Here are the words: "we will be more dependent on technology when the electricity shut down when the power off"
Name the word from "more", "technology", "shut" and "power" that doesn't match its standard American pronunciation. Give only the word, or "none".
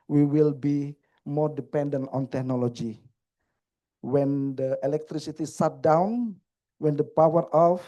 shut